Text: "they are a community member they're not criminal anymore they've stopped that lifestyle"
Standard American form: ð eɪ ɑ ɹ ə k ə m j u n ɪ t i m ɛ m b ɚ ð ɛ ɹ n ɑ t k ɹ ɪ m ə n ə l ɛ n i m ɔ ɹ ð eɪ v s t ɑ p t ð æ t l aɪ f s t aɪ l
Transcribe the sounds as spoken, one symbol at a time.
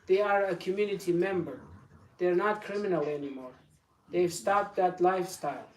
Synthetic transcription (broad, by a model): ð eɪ ɑ ɹ ə k ə m j u n ɪ t i m ɛ m b ɚ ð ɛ ɹ n ɑ t k ɹ ɪ m ə n ə l ɛ n i m ɔ ɹ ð eɪ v s t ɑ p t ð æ t l aɪ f s t aɪ l